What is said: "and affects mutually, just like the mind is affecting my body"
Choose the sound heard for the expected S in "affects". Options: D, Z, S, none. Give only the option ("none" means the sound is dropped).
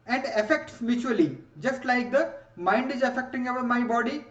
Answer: S